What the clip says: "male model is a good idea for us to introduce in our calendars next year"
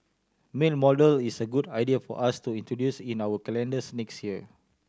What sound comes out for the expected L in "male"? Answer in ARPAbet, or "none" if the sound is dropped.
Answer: N